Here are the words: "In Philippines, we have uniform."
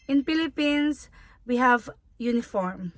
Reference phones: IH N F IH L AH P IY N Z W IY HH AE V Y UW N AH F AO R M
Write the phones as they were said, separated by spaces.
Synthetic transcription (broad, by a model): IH N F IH L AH P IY N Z W IY HH AE V Y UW N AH F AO R M